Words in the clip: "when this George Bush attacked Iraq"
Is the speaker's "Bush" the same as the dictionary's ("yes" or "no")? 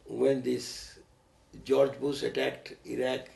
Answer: no